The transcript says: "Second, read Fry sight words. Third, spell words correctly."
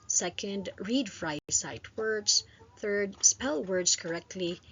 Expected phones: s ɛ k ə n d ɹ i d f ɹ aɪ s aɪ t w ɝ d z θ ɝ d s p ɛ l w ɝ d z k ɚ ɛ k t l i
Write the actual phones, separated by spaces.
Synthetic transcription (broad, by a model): s ɛ k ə n d ɹ i d f ɹ aɪ s aɪ t w ɝ d z θ ɝ d s p ɛ l w ɝ d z k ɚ ɛ k t l i